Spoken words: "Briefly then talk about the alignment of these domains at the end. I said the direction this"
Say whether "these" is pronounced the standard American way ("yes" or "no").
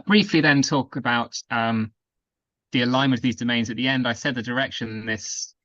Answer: yes